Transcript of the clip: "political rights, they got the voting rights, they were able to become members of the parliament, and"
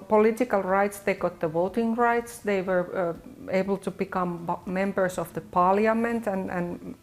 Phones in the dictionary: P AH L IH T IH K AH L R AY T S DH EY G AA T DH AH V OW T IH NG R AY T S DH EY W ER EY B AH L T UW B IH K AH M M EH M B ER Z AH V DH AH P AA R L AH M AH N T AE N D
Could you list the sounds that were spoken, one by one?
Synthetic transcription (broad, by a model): P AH L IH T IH K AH L R AY T S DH EY G AA T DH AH V OW T IH NG R AY T S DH EY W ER EY B AH L T UW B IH K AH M M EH M B ER S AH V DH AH P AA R L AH M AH N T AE N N